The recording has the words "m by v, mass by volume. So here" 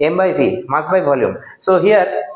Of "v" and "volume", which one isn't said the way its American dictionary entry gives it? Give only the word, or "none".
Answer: v